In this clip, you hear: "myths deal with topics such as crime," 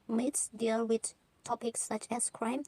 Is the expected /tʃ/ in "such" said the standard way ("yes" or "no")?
yes